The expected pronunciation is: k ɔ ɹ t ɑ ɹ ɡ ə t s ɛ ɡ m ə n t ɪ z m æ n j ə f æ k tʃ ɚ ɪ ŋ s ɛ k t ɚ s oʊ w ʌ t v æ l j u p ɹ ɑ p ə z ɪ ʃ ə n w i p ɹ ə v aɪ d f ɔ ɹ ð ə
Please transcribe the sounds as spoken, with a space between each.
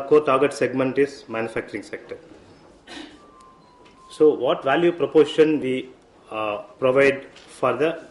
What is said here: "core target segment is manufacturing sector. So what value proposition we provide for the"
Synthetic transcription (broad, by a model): k ɔ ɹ t ɑ ɹ ɡ ə t s ɛ ɡ m ə n t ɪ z m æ n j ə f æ k tʃ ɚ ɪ ŋ s ɛ k t ɚ s oʊ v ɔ t v æ l j u p ɹ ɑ p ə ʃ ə n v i p ɹ ə v aɪ d f ɔ ɹ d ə